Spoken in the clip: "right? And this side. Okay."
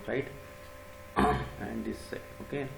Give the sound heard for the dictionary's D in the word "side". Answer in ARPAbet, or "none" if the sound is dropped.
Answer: none